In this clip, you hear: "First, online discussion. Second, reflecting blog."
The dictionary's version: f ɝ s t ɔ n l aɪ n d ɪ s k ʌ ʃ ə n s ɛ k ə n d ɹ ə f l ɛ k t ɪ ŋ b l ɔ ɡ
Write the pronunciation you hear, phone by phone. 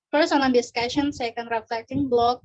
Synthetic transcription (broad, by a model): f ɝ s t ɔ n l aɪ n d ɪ s k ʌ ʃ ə n s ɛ k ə n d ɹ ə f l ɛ t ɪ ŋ b l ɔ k